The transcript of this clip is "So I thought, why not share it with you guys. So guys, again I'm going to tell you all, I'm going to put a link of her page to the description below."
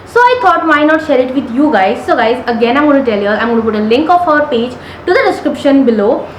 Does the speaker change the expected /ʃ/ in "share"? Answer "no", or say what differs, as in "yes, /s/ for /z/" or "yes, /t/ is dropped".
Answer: no